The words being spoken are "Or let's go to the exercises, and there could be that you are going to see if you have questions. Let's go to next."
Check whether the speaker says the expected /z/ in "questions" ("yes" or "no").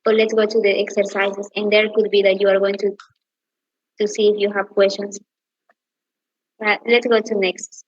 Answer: no